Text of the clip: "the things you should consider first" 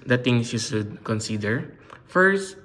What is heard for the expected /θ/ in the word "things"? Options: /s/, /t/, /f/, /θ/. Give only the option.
/t/